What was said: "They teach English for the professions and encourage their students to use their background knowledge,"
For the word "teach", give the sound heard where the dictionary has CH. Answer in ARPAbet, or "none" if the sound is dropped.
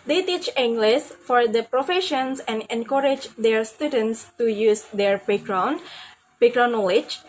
CH